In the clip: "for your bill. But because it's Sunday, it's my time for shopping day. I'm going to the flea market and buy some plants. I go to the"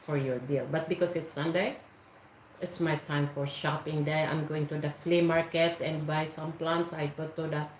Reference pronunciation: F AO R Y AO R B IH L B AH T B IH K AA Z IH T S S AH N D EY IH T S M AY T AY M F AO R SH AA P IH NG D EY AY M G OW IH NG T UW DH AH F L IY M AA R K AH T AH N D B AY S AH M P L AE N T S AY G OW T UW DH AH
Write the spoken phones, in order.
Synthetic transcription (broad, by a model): F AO R Y AO R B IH L B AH T B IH K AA S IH T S S AH N D EY IH T S M AY T AY M F AO R SH AA P IH NG D EY AY M G OW IH NG T UW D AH F L IY M AA R K AH T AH N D B AY S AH M P L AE N T S AY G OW T UW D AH